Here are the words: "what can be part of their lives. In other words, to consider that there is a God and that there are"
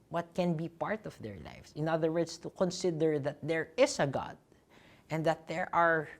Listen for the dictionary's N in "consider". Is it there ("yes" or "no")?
yes